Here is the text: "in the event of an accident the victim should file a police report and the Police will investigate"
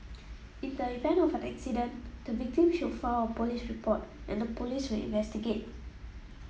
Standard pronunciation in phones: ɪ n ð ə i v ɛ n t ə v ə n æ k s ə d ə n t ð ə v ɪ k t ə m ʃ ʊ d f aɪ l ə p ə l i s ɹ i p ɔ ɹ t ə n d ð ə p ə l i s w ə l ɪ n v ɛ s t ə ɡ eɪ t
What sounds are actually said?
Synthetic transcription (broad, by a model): ɪ n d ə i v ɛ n ə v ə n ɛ k s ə d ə n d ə v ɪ k t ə m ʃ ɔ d f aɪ w ə p ə l i s ɹ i p ɔ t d ə n d ə p ə l i s w ə l ɪ n v ɛ s t ə ɡ eɪ t